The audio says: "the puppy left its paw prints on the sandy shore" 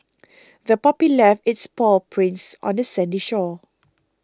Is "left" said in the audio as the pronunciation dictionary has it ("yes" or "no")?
no